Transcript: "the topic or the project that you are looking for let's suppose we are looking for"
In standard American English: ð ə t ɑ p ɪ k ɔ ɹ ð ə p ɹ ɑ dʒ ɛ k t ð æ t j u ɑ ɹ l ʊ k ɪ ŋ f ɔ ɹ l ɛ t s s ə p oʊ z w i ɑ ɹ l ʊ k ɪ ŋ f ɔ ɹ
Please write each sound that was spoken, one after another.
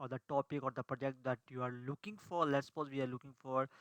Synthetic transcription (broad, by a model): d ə t ɑ p ɪ k ɔ ɹ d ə p ɹ ɑ dʒ ɛ k t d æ t j u ɑ ɹ l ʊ k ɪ ŋ f ɔ ɹ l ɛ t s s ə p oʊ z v i ɑ ɹ l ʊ k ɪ ŋ f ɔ ɹ